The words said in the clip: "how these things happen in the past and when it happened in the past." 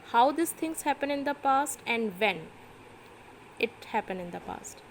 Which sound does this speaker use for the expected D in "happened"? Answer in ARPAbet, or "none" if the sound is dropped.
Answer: none